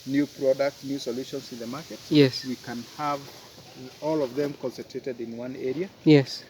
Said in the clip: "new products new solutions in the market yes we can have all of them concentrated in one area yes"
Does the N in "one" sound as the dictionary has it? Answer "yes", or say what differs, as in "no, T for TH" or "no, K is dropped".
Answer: yes